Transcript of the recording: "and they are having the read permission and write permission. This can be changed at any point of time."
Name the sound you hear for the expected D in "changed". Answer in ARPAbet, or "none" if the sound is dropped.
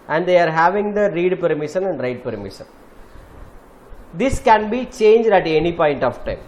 D